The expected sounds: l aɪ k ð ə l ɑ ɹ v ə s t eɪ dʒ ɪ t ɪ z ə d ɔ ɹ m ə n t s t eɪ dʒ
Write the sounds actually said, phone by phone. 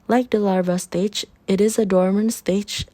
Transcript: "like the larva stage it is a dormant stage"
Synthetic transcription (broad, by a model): l aɪ k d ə l ɑ ɹ v ə s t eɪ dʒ ɪ t ɪ z ə d ɔ ɹ m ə n s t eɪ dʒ